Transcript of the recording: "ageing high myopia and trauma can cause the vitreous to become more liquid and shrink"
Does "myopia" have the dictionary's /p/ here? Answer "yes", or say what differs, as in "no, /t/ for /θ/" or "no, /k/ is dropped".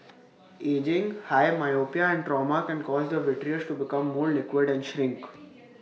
yes